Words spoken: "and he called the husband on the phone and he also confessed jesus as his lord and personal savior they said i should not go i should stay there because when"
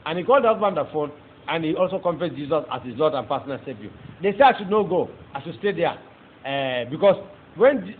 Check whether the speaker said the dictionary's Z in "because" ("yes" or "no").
no